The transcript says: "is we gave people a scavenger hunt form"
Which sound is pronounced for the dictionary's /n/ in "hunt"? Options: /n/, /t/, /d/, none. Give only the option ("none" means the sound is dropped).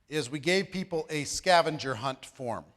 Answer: /n/